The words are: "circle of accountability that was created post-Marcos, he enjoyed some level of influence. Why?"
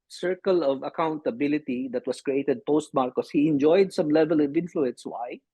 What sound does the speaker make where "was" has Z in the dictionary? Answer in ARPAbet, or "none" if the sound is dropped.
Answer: S